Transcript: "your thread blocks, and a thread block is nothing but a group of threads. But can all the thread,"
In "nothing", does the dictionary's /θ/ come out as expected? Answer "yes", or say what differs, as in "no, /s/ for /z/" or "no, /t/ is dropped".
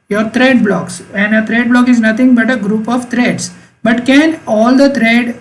no, /t/ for /θ/